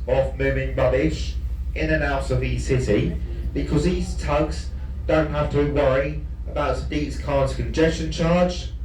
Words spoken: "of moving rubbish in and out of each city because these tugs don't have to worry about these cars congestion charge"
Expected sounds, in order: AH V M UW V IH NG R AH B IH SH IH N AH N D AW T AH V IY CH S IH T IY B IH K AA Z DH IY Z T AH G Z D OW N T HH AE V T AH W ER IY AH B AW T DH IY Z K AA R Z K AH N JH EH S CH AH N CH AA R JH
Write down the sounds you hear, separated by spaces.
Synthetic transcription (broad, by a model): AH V M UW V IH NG R AH B IH SH IH N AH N AW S AH V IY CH S IH T IY B IH K AA Z DH IY Z T AH G Z D OW N T HH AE F T AH W ER IY AH B AW T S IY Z K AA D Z K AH N JH EH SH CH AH N CH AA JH